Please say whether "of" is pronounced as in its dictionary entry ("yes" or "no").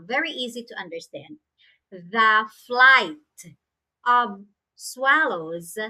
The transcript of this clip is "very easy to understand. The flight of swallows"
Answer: yes